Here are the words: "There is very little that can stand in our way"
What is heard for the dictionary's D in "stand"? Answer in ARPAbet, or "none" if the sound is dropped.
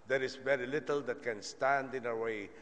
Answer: D